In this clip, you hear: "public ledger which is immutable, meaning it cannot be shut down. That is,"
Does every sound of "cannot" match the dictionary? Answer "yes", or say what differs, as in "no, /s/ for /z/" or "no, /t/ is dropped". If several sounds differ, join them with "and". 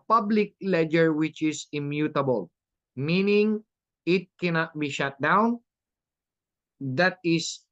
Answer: yes